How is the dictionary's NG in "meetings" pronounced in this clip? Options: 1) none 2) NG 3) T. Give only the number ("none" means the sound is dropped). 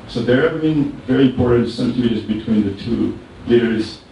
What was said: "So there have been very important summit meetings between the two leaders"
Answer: 1